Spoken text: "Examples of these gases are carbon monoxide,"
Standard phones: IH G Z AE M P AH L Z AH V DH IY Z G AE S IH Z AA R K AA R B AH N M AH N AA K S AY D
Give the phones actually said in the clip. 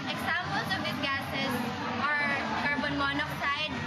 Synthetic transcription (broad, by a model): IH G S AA M P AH L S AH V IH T G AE S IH S AA R K AA R B AH N M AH N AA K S AY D